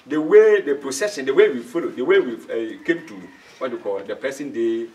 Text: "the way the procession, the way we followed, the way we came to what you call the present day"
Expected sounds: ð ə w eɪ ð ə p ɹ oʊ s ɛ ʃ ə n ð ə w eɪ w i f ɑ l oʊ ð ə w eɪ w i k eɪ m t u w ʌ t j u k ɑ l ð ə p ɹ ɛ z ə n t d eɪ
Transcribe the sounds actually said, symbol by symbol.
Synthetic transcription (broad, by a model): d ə w eɪ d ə p ɹ oʊ s ɛ ʃ ə n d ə w eɪ w i f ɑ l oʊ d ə w eɪ w i k eɪ m t u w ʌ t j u k ɑ l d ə p ɛ s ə n d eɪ